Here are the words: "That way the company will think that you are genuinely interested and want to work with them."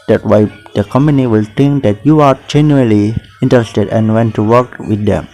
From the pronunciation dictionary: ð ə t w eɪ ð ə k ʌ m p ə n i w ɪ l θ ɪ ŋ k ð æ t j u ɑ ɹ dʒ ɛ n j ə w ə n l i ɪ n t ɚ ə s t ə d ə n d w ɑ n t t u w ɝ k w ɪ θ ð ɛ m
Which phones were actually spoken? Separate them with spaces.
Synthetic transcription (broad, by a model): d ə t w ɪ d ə k ʌ m p ə n i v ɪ l t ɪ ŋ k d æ t j u ɑ ɹ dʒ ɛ n j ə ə l i ɪ n t ɚ ə s t ə d ə n d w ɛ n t t u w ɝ k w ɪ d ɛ m